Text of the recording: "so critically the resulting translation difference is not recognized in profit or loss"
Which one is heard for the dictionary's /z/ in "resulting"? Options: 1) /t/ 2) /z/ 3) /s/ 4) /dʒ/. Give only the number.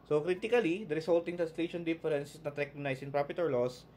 3